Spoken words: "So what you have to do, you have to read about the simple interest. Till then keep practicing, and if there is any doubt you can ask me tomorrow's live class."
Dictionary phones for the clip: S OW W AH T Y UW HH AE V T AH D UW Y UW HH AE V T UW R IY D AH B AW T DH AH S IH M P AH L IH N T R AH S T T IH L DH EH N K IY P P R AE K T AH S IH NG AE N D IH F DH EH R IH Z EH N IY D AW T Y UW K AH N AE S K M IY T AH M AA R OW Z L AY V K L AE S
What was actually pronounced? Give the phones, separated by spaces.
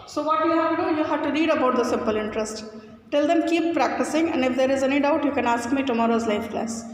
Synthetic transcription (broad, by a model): S OW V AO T Y UW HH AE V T D UW Y UW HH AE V T UW R IY D AH B AW T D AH S IH M P AH L IH N T R AH S T T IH L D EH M K IY P P R AE K T AH S IH NG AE N D IH F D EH R IH Z EH N IY D AW T Y UW K AH N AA S K M IY T AH M AA R OW Z L AY F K L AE S